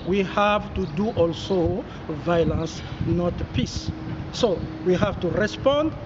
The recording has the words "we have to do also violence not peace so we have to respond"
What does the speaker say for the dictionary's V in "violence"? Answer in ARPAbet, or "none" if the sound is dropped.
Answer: V